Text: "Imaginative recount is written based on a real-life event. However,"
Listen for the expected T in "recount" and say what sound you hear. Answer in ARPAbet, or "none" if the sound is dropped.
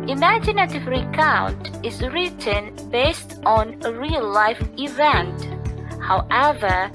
T